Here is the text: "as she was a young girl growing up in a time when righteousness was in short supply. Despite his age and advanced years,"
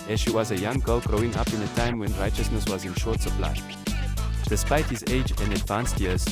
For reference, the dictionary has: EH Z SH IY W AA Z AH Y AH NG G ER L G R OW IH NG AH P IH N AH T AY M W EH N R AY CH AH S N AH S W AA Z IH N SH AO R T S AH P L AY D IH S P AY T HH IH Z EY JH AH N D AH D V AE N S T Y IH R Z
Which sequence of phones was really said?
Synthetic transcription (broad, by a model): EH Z SH IY W AA Z AH Y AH NG G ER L G R OW IH NG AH P IH N AH T AY M W EH N R AY CH AH S N AH S W AA Z IH N SH AO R T S AH P L AY D IH S P AY T HH IH Z EY JH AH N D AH D V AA N S T Y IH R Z